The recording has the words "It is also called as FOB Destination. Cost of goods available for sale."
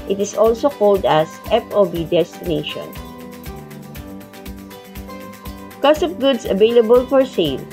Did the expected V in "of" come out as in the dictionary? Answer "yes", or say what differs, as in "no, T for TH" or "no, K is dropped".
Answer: no, P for V